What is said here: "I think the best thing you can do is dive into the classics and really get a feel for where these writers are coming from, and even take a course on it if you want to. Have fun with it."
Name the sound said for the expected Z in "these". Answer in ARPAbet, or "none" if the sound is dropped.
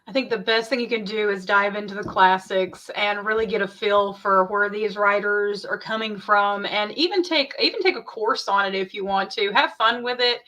Z